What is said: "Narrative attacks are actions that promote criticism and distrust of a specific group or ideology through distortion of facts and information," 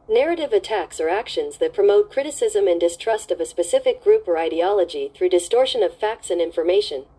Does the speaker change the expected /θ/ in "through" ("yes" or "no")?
no